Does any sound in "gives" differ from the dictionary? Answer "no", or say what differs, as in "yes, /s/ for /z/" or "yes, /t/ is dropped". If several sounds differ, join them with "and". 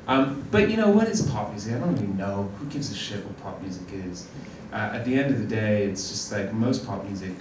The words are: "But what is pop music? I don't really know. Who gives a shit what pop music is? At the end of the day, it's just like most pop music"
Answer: no